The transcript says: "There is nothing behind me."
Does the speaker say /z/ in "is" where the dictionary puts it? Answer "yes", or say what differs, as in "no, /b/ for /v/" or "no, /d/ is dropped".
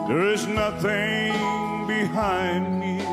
yes